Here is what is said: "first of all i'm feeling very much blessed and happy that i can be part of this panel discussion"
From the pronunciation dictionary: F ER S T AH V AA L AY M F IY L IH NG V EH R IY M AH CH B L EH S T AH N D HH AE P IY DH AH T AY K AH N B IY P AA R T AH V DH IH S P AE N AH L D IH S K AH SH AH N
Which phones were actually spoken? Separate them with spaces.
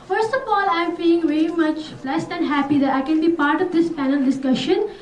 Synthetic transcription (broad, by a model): F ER S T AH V AA L AY M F IY IH NG V EH R IY M AH CH B L EH S T AH N D HH AE P IY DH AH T AY K AH N B IY P AA R T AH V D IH S P AE N AH L D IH S K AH SH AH N